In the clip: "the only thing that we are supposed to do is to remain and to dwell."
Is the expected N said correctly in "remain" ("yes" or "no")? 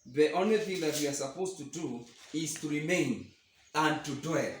yes